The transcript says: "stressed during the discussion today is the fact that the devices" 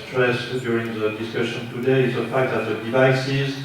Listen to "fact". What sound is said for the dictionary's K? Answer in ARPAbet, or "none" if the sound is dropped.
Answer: K